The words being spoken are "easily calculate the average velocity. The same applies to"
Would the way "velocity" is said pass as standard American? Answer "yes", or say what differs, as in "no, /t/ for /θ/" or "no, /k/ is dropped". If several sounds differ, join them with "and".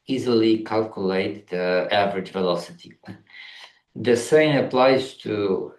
yes